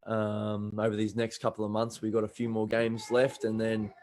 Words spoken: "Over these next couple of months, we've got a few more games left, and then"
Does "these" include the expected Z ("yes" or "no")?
yes